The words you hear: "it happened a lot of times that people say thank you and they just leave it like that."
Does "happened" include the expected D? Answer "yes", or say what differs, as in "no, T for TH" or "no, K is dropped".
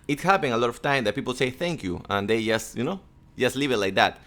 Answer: no, D is dropped